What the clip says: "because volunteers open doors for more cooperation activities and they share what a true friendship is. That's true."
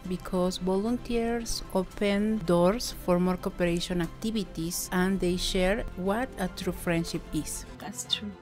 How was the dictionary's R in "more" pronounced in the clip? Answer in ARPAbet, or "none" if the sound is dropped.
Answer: R